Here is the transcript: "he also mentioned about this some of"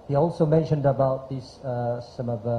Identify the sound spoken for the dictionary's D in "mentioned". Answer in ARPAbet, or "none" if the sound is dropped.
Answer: D